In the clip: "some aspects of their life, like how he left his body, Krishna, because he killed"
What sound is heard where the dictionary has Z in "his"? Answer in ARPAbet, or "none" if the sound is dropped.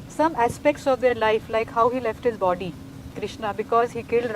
Z